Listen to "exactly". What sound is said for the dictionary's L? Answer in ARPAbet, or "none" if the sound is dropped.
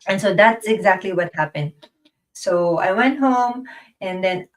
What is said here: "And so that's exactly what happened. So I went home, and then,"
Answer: L